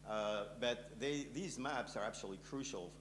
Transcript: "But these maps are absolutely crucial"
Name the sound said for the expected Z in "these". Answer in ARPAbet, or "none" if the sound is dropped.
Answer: Z